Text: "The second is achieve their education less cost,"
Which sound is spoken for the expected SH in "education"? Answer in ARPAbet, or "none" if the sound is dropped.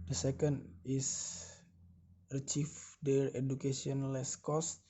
S